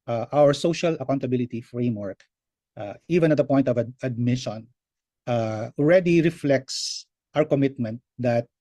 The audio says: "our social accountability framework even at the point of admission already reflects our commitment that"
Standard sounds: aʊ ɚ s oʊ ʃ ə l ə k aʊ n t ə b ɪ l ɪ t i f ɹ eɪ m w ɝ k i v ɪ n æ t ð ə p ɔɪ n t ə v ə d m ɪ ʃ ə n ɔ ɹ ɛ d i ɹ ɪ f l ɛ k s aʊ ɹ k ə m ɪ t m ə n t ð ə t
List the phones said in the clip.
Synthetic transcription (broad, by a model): aʊ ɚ s oʊ ʃ ə l ə k aʊ n t ə b ɪ l ɪ t i f ɹ eɪ m w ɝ k i v ɪ n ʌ t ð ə p ɔɪ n t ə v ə d m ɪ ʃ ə n ɔ ɹ ɛ d i ɹ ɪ f l ɛ k s aʊ ɹ k ə m ɪ t m ə n t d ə t